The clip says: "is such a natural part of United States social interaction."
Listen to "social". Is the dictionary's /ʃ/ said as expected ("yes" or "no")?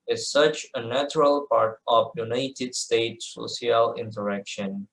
no